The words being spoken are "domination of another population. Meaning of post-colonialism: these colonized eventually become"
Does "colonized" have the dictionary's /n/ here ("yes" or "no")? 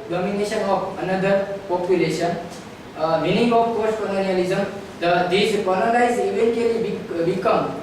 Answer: no